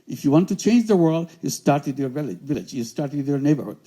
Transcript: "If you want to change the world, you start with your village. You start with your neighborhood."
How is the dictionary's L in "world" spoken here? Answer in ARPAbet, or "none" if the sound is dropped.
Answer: L